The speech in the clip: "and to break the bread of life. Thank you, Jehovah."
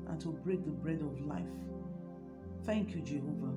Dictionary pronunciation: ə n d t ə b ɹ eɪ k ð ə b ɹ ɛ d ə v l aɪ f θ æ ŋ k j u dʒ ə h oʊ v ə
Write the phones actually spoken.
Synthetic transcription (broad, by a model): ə n t ə b ɹ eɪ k ð ə b ɹ ɛ d ə v l aɪ f θ æ ŋ k j u dʒ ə h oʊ v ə